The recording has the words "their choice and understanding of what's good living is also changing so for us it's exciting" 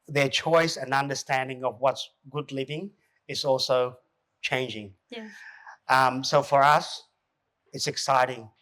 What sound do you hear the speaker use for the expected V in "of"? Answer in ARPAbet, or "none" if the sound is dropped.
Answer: V